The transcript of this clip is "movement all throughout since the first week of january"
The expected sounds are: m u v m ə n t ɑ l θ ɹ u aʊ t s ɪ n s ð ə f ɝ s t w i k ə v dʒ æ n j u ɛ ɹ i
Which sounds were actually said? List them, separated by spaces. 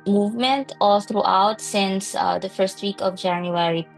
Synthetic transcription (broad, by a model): m u v m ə n t ɑ l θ ɹ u aʊ t s ɪ n s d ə f ɝ s t w i k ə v dʒ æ n j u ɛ ɹ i